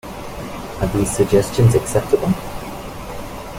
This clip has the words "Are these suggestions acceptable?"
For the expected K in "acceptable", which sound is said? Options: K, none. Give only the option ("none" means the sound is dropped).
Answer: K